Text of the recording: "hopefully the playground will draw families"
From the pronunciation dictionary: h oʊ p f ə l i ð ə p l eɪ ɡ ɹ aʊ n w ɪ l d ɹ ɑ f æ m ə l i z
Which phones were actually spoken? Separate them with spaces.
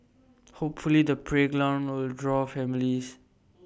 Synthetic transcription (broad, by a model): h oʊ p f ə l i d ə p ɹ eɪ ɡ l aʊ n w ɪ l d ɹ ɑ f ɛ m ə l i s